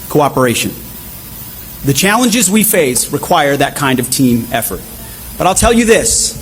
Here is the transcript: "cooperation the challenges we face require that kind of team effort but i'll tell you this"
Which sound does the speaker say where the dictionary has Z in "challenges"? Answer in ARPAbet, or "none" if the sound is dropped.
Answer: Z